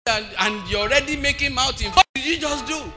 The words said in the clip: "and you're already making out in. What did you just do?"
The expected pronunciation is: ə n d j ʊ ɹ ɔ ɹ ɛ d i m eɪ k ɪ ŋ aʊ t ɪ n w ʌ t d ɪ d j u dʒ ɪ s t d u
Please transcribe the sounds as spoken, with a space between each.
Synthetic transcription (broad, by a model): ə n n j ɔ ɔ ɹ ɛ d i m eɪ k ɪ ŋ aʊ t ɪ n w d ɪ d j u dʒ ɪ s d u